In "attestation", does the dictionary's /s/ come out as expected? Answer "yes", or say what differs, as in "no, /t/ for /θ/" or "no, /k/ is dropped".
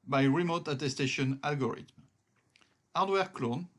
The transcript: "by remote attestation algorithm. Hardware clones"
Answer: yes